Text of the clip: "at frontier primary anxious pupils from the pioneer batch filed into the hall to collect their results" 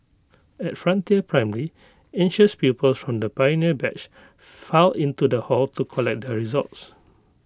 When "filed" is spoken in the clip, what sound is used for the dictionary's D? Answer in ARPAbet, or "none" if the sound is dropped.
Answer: none